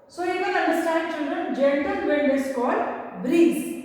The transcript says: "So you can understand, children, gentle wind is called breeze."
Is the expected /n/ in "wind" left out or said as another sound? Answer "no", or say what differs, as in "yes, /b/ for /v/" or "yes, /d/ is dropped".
yes, /l/ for /n/